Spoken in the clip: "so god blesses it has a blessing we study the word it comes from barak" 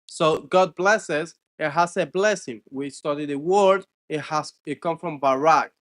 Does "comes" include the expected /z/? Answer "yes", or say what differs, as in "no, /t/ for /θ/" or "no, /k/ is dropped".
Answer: no, /z/ is dropped